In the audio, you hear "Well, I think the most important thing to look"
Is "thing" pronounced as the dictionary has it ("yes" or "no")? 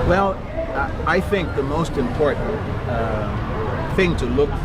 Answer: yes